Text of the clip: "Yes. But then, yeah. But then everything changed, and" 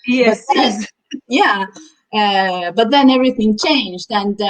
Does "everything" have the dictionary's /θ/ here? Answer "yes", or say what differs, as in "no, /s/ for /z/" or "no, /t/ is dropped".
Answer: yes